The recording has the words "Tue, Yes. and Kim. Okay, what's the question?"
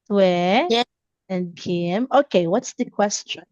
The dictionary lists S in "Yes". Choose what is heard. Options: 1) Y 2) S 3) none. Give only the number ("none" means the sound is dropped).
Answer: 3